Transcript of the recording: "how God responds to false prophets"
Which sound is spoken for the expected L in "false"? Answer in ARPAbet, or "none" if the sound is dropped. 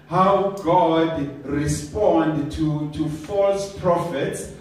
L